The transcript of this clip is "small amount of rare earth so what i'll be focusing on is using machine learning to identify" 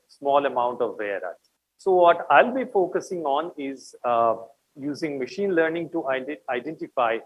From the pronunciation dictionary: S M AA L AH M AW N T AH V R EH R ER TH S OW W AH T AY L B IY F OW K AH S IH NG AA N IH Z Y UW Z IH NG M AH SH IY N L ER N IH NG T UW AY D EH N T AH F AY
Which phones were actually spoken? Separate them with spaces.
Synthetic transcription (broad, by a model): S M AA L AH M AW N T AH V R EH R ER T S OW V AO T AY L B IY F OW K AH S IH NG AA N IH Z Y UW Z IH NG M AH SH IY N L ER N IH NG T UW AY D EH N T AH F AY